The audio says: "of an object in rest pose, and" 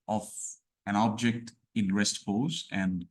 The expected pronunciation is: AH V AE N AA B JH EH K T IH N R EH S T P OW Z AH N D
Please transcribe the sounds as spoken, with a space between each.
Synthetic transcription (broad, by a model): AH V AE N AA B JH EH K T IH N R EH S T F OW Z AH N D